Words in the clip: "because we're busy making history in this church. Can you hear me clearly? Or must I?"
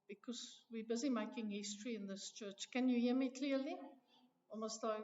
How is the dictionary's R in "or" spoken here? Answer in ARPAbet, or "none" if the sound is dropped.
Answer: L